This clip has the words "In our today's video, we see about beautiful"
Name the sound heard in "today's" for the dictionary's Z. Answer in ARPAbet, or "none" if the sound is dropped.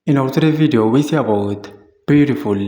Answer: none